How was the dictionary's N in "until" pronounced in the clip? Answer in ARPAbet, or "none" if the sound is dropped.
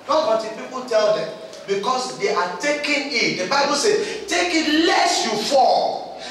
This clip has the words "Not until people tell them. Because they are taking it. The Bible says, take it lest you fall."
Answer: none